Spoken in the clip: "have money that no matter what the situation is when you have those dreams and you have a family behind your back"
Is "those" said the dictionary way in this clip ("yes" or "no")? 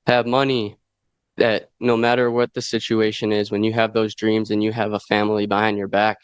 yes